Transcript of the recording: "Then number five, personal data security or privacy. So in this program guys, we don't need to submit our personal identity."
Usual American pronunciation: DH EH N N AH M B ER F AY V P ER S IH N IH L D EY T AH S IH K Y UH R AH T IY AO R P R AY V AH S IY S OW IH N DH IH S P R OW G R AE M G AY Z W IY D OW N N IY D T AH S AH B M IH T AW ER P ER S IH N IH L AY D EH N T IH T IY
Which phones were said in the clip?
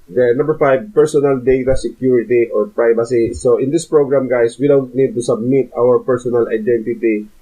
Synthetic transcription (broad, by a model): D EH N N AH M B ER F AY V P ER S IH N IH L D EY T AH S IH K Y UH R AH T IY AO R P R AY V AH S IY S OW IH N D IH S P R OW G R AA M G AY S W IY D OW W N IY D T AH S AH B M IH T AW ER P ER S IH N IH L AY D EH N T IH T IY